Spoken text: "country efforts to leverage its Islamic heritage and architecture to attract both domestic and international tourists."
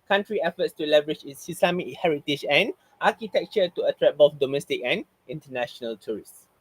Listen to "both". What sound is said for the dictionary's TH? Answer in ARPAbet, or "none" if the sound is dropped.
F